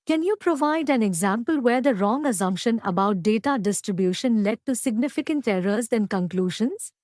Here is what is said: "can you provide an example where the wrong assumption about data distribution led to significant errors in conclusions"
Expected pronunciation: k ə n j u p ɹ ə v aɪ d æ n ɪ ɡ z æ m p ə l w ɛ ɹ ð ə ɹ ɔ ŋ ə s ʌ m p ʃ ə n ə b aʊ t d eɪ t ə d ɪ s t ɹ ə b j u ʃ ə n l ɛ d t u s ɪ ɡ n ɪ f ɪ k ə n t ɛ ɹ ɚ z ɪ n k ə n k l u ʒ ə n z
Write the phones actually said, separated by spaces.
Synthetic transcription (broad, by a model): k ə n j u p ɹ ə v aɪ d æ n ɪ ɡ z æ m p ə l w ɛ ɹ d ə ɹ ɔ ŋ ə s ʌ m p ʃ ə n ə b aʊ t d eɪ t ə d ɪ s t ɹ ə b j u ʃ ə n l ɛ d t u s ɪ ɡ n ɪ f ɪ k ə n t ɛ ɹ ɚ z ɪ n k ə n k l u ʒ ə n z